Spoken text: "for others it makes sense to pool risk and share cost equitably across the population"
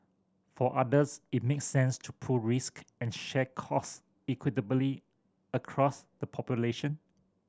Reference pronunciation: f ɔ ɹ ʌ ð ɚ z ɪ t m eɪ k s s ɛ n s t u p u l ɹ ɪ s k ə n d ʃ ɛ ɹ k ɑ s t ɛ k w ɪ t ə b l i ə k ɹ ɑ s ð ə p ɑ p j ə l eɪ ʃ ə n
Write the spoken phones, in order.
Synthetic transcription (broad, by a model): f ɔ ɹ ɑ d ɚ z ɪ t m eɪ k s s ɛ n s t u p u ɹ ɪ s k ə n ʃ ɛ k ɑ s ɛ k w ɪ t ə b l i ə k ɹ ɑ s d ə p ɑ p j ə l eɪ ʃ ə n